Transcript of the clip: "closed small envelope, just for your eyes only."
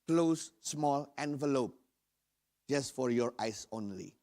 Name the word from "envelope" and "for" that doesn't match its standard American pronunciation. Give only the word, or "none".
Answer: none